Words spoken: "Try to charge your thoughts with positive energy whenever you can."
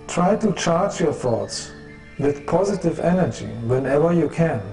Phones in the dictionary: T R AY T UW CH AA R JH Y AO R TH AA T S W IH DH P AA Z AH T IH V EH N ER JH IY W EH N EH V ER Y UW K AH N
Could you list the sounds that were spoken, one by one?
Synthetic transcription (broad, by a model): T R AY T UW CH AA R JH Y AO R TH AA T S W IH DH P AA Z AH T IH V EH N ER JH IY W EH N EH V ER Y UW K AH N